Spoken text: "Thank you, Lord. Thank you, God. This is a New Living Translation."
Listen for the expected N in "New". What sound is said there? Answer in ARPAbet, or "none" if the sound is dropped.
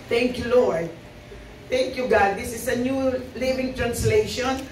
N